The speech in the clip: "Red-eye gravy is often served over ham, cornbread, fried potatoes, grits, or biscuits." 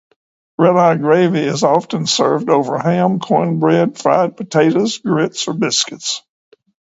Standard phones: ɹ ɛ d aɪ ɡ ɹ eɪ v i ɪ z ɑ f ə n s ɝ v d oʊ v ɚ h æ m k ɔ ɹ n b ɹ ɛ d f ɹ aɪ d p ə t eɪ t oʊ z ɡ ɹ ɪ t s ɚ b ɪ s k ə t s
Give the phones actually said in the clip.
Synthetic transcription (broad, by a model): ɹ ɛ d aɪ ɡ ɹ eɪ v i ɪ z ɑ f ə n s ɝ v d oʊ v ɚ h æ m k ɔ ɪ n b ɹ ɛ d f ɹ aɪ d p ə t eɪ t oʊ z ɡ ɹ ɪ t s ɚ b ɪ s k ə t s